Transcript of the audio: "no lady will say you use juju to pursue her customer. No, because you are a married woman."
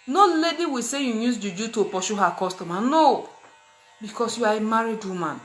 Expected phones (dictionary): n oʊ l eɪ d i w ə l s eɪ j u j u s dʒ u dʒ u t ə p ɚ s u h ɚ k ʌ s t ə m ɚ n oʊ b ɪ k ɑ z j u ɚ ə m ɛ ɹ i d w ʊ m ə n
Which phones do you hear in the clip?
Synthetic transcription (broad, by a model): n oʊ l eɪ d i w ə s eɪ j u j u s dʒ u dʒ u t ə p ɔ ʃ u h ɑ k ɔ s t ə m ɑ n oʊ b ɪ k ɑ s j u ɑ ə m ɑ ɹ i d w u m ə n